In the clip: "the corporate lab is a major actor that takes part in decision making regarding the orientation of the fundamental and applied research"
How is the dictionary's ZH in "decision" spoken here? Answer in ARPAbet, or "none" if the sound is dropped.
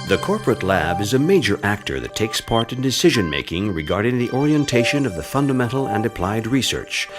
ZH